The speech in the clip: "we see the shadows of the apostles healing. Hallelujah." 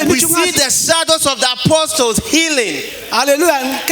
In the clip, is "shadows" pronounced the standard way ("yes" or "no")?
no